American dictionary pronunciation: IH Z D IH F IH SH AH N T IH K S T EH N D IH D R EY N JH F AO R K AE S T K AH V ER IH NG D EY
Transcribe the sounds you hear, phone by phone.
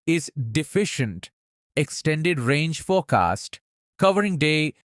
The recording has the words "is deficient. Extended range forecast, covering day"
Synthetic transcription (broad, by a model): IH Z D IH F IH SH AH N T IH K S T EH N D IH D R EY N JH F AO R K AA S T K AH V ER IH NG D EY